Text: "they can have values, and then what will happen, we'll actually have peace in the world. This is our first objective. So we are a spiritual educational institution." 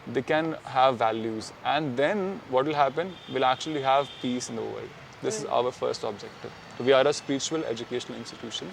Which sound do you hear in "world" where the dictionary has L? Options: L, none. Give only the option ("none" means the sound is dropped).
none